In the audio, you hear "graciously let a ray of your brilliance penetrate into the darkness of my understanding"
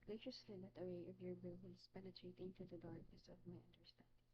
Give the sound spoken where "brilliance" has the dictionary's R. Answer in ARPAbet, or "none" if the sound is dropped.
none